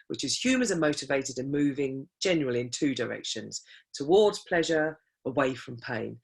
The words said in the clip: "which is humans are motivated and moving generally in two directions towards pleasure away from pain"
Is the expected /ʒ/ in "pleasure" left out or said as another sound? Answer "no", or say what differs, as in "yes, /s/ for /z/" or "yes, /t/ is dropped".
no